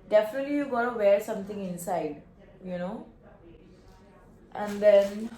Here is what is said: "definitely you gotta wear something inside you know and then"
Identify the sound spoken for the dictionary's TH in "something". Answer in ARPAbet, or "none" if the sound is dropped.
T